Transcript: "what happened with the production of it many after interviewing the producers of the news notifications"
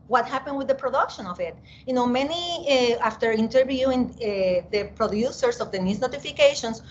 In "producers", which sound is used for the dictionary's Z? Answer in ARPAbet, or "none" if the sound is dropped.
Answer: S